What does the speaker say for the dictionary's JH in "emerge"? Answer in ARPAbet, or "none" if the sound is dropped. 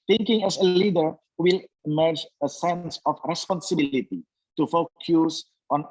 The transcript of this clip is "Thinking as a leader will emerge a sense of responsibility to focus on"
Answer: JH